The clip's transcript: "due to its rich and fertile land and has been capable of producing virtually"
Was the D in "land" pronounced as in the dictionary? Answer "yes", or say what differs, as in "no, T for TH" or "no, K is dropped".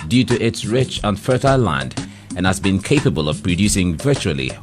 yes